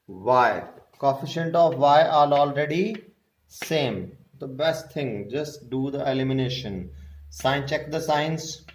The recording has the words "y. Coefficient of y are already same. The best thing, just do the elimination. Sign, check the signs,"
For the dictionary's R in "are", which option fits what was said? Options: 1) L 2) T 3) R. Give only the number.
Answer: 1